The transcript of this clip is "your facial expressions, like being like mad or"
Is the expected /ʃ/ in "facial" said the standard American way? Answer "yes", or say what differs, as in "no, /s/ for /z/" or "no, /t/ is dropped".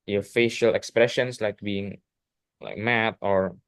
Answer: yes